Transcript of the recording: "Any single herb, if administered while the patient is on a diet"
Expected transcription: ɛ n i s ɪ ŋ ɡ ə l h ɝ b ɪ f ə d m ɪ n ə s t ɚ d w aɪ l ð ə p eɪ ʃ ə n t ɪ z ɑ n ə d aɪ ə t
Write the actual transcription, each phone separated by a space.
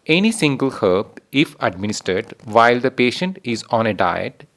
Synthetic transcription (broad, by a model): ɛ n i s ɪ ŋ ɡ ə l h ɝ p ɪ f ə d m ɪ n ə s t ɚ d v aɪ l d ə p eɪ ʃ ə n t ɪ z ɑ n ə d aɪ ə t